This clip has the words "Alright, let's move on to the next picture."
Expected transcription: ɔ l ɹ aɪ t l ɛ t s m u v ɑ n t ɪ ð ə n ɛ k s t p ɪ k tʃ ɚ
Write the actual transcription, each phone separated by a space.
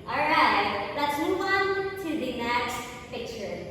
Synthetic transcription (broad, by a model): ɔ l ɹ aɪ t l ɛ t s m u w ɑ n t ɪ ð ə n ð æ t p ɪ k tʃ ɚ